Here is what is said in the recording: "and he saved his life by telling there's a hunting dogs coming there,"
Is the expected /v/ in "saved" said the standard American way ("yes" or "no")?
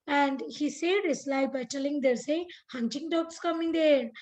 no